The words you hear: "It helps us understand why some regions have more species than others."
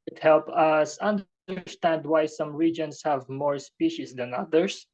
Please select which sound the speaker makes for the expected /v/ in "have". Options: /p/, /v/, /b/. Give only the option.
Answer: /v/